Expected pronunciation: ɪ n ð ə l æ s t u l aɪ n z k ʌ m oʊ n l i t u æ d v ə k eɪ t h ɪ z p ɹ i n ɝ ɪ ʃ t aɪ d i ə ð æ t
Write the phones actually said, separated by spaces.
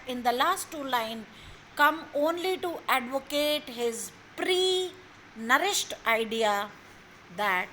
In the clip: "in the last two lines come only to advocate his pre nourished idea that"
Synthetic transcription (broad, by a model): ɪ n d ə l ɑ s t u l aɪ n k ʌ m oʊ n l i t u æ d v ə k eɪ t h ɪ z p ɹ i n ɝ ɪ ʃ t aɪ d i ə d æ t